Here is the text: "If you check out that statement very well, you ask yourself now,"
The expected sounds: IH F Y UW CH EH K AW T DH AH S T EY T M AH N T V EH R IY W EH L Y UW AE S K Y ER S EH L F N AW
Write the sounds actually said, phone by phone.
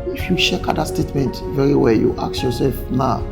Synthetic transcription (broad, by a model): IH F Y UW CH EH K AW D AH S T EY T M AH N T V EH R IY W EH L Y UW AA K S Y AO S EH L F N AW